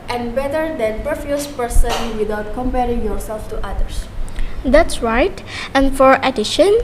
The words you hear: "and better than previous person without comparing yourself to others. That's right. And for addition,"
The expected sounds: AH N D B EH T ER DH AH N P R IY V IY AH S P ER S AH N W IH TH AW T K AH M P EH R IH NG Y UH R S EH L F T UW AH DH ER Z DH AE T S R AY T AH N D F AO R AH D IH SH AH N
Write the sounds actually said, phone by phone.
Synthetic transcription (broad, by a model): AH N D B EH T ER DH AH N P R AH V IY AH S P ER S AH N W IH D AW T K AH M P EH R IH NG Y UH R S EH L F T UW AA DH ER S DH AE T S R AY T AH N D F AO R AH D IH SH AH N